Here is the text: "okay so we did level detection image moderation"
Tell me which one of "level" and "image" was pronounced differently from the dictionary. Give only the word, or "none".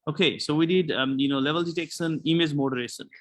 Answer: image